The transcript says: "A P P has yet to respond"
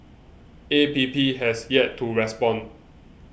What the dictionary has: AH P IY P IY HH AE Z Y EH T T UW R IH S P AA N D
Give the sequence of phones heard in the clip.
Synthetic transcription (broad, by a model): AH P IY P IY HH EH S Y EH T T UW R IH S P AA N